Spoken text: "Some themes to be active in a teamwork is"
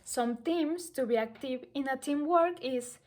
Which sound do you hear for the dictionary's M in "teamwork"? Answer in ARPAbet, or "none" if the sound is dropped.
M